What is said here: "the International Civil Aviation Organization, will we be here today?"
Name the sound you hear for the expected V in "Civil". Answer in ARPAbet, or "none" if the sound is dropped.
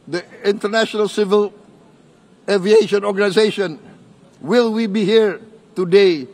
V